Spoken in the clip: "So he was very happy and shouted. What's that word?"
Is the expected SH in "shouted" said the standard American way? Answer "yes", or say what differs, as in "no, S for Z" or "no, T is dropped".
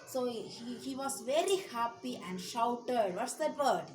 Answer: yes